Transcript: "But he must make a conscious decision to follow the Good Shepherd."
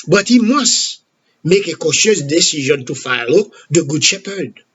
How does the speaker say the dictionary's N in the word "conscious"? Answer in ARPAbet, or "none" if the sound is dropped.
none